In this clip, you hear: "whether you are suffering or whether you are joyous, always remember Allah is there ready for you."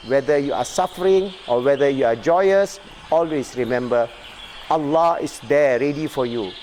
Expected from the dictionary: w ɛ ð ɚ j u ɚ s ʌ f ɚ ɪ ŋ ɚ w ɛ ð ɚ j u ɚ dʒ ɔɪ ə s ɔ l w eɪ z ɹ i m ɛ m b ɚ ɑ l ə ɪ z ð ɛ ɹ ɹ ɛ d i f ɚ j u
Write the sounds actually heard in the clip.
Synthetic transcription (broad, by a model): w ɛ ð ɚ j u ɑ s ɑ f ɚ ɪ ŋ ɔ w ɛ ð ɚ j u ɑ dʒ ɔɪ ə s ɔ l w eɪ s ɹ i m ɛ m b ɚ ɑ l ə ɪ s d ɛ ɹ ɹ ɛ d i f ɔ j u